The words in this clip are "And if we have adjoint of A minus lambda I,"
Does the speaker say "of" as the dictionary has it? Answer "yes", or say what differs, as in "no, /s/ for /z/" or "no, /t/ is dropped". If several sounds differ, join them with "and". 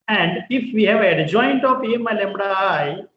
no, /p/ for /v/